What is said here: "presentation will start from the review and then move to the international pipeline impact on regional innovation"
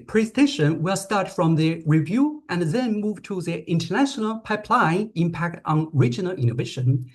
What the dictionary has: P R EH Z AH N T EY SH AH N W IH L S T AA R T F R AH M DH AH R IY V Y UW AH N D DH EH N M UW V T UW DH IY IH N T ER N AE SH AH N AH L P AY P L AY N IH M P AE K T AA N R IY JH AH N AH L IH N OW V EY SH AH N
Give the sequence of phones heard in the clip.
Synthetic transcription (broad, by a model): P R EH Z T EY SH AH N W IH L S T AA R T F R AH M DH AH R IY V Y UW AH N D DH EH N M UW V T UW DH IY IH N T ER N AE SH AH N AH L P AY P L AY IH M P AE K T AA N R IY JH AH N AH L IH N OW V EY SH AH N